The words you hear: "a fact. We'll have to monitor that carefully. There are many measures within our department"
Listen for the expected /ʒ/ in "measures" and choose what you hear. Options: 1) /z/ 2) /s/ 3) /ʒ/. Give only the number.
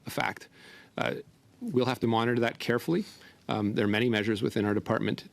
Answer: 3